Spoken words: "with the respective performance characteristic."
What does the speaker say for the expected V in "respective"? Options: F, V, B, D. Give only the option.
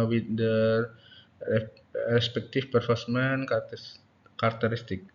F